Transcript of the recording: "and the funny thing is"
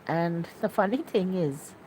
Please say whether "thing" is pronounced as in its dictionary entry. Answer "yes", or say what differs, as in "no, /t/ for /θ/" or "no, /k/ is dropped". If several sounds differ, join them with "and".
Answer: yes